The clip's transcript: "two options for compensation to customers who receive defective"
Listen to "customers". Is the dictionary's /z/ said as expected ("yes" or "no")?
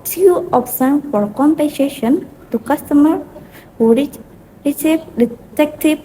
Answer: no